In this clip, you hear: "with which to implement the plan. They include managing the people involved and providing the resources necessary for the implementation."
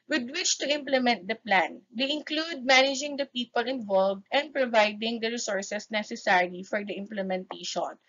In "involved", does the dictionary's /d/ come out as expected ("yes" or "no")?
yes